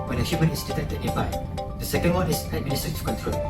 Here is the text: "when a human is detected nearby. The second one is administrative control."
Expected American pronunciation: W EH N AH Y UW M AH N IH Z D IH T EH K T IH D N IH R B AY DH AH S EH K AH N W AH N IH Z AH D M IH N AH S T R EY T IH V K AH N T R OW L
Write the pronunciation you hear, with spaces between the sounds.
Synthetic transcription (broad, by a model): W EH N AH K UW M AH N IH S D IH T EH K T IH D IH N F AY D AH S EH K AH N W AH N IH S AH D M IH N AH S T AH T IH K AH N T R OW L